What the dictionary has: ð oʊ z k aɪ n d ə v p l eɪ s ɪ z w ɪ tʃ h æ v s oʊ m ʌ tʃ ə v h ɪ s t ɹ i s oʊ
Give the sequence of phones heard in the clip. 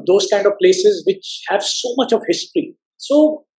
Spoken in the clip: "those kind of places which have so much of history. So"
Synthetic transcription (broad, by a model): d oʊ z k aɪ n d ə v p l eɪ s ɪ z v ɪ tʃ h æ v s oʊ m ʌ tʃ ə v h ɪ s t ɹ i s oʊ